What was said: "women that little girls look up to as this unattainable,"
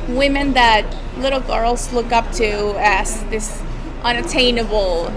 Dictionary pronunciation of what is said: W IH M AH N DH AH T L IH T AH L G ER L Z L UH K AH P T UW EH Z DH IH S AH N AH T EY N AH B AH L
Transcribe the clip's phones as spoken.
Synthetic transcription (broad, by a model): W IH M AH N DH AH T L IH T L G ER L Z L UH K AH P T UW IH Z DH IH S AH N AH T EY N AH B L